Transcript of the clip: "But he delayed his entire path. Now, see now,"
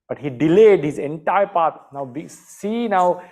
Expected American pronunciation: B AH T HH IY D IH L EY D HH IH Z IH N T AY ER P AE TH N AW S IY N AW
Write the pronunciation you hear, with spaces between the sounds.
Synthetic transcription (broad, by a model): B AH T HH IY D IH L EY D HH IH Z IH N T AY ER P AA T N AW S IY N AW